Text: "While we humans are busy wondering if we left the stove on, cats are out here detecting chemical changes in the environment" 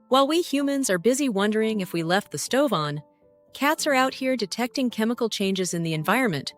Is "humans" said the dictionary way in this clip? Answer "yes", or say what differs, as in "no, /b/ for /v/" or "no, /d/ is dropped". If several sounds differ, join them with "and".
yes